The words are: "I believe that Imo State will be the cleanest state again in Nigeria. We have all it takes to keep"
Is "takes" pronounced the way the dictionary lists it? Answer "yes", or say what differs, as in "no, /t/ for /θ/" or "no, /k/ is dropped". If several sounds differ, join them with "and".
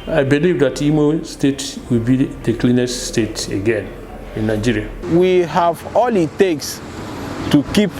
yes